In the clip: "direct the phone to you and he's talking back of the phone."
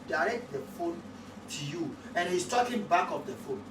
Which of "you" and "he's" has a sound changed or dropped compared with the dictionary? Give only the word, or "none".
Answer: he's